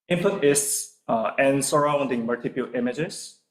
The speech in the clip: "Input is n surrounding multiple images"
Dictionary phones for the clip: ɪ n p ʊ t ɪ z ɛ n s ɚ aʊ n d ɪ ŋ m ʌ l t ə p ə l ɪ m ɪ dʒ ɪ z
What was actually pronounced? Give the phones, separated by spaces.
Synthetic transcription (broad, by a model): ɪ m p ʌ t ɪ s ɛ n s ɚ aʊ n d ɪ ŋ m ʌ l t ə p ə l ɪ m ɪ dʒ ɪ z